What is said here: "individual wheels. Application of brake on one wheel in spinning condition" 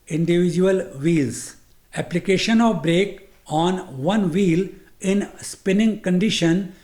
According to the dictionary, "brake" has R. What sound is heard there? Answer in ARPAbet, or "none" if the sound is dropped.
R